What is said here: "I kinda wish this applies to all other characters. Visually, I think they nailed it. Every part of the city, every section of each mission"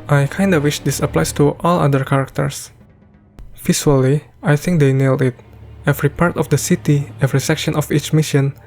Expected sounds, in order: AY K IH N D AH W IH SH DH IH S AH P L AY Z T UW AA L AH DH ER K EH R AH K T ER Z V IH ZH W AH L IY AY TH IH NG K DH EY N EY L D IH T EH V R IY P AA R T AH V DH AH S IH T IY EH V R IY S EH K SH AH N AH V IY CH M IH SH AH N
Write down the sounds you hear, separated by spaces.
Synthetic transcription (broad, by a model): AY K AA N D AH W IH SH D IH S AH P L AY S T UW AA L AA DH ER K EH R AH K T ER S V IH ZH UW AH L IY AY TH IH NG K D EY N EY L D IH T EH V R IY P AA R T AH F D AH S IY T IY EH V R IY S EH K SH AH N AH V IY CH M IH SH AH N